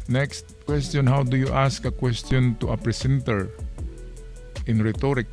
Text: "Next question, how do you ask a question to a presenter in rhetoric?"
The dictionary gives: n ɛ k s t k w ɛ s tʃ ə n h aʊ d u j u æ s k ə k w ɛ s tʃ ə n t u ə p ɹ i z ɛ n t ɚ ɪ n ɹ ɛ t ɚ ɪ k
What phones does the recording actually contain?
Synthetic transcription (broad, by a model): n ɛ k s t k w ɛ s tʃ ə n h aʊ d u j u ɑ s k ə k w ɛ s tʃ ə n t u ə p ɹ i s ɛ n t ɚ ɪ n ɹ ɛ t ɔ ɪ k